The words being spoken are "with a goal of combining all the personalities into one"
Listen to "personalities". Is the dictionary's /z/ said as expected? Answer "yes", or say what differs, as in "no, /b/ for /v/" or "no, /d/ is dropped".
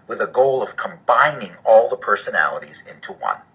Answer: yes